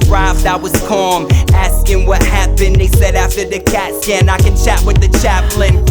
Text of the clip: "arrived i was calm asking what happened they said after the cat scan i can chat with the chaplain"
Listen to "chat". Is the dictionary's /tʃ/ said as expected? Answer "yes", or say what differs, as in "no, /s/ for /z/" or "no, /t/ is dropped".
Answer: yes